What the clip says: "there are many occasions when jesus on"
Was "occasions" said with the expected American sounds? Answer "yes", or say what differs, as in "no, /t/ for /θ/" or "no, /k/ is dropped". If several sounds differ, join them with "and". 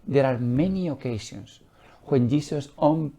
no, /ʃ/ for /ʒ/ and /s/ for /z/